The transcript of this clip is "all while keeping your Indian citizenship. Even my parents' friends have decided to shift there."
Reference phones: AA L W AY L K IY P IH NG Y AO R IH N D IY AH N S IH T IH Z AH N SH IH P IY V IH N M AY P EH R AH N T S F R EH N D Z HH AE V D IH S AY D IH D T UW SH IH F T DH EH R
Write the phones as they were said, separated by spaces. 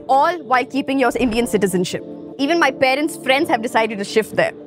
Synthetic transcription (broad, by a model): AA L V AY L K IY P IH NG Y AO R IH N D IY AH N S IH T IH Z AH N SH IH P IY V IH N M AY P EH R AH N T S F R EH N D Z HH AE V D IH S AY D IH D T UW SH IH F T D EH R